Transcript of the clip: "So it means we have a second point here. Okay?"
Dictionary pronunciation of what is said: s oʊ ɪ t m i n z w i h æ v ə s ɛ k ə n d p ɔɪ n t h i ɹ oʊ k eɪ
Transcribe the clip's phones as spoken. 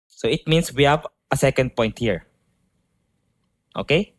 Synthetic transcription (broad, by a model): s oʊ ɪ t m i n s w i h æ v ə s ɛ k ə n d p ɔɪ n t h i ɹ oʊ k eɪ